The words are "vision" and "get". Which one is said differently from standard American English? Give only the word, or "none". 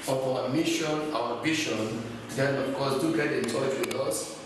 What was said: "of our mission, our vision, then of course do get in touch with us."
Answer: vision